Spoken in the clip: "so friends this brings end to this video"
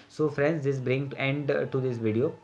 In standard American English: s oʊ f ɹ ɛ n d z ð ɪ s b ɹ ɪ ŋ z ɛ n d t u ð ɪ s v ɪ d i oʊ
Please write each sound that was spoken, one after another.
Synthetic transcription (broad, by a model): s oʊ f ɹ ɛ n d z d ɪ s b ɹ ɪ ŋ ɛ n d t u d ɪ s v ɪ d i oʊ